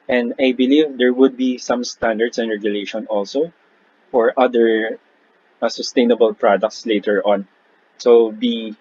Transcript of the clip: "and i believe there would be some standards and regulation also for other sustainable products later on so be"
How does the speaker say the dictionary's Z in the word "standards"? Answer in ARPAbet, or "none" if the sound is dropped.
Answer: S